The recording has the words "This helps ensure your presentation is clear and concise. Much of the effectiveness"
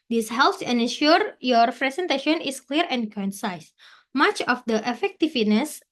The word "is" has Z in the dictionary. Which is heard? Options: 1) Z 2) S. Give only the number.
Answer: 2